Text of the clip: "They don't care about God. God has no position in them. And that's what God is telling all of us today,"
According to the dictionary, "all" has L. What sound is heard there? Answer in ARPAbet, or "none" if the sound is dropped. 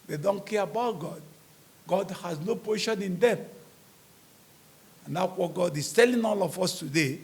L